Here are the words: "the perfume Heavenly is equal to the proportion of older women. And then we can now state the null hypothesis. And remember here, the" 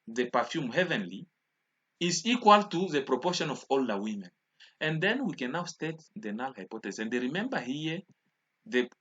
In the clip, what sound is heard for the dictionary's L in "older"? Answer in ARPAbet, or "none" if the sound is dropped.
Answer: L